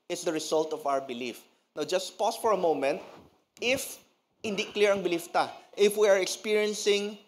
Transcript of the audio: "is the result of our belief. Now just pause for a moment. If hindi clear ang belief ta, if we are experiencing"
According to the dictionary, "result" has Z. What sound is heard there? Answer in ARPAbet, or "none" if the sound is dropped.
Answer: S